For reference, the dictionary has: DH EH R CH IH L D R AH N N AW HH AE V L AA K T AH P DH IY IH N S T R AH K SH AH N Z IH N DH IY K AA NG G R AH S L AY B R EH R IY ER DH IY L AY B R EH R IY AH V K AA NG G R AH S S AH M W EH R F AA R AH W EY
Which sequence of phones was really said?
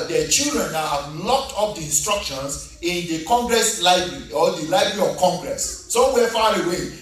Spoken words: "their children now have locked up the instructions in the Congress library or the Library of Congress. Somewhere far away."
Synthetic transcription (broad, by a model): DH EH CH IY L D R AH N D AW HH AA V L AA K T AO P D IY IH N S T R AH K SH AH N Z IH N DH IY K AA NG G R AH S L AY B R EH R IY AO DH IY L AY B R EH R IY AH V K AA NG G R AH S S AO W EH F AA R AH W EY